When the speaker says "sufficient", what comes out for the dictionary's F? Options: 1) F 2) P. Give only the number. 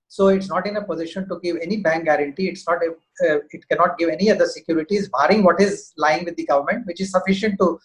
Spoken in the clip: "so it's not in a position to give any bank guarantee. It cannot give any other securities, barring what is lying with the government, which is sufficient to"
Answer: 1